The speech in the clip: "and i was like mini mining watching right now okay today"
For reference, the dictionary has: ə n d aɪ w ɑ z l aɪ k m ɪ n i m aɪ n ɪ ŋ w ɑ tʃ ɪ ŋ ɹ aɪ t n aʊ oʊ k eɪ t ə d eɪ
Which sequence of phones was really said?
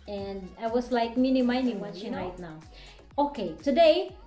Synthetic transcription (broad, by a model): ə n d aɪ w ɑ s l aɪ k m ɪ n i m aɪ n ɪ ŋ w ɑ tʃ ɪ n aɪ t n aʊ oʊ k eɪ t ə d eɪ